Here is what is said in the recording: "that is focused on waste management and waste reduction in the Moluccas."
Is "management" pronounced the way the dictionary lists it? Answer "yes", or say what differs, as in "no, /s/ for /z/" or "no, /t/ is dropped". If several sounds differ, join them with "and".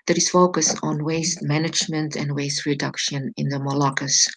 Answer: yes